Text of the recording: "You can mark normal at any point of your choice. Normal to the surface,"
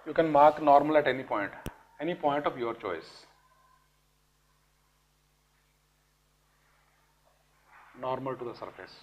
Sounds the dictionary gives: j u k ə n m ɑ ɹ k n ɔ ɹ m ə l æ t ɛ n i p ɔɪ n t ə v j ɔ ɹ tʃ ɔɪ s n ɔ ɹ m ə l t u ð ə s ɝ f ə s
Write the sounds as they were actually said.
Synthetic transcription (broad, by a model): j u k ə n m ɑ ɹ k n ɔ ɹ m ə l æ t ɛ n i p ɔɪ n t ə p j ɔ ɹ tʃ ɔɪ s n ɔ ɹ m ə l t u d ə s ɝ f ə s